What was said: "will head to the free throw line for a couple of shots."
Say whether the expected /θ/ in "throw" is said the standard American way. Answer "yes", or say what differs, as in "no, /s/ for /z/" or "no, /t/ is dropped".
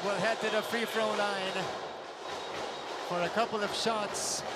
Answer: no, /f/ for /θ/